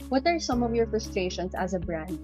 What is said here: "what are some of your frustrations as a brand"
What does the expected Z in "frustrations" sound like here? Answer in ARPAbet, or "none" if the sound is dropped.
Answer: S